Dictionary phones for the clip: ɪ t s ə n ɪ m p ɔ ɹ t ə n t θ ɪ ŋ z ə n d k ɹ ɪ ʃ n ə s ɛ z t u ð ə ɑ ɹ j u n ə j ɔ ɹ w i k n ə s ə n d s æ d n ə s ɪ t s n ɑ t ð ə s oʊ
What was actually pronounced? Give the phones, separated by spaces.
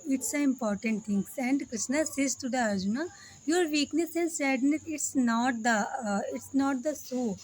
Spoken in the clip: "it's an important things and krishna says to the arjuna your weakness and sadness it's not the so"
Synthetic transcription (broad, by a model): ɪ t s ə ɪ m p ɔ ɹ t ə n t t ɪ ŋ s ə n d k ɹ ɪ ʃ n ə s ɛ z t u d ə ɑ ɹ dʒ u n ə j ɔ ɹ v i k n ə s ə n d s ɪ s n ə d ɪ t s n ɑ t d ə s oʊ